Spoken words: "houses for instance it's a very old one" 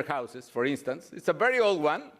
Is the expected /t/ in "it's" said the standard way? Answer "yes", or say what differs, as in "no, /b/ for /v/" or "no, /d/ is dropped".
yes